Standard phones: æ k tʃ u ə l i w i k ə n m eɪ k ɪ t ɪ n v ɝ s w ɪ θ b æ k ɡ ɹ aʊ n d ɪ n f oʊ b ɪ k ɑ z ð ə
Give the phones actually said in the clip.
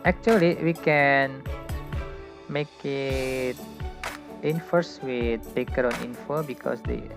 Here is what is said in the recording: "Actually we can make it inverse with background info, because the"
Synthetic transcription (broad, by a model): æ k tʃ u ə l i w i k ə n m eɪ k ɪ t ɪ n f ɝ s w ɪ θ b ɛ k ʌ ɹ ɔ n ɪ n f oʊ b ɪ k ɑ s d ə